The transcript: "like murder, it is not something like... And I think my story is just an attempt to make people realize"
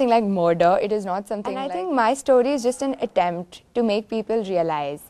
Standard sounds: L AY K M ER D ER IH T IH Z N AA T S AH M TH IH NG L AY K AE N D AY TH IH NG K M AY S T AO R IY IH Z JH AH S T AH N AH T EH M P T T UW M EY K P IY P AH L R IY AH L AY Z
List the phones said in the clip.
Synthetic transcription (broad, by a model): L AY K M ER D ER IH T IH Z N AA T S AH M T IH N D AY T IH NG K M AY S T AO R IY IH Z JH AH S T AH N AH T EH M P T T UW M EY K P IY P AH L R IY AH L AY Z